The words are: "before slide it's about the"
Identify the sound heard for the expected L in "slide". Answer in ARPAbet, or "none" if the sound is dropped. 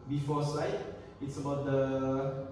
none